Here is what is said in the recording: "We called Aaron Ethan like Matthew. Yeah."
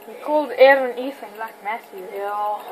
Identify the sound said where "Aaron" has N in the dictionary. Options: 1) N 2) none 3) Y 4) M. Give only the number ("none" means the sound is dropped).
1